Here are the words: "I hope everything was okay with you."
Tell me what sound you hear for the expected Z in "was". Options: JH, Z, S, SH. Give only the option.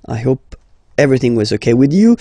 Z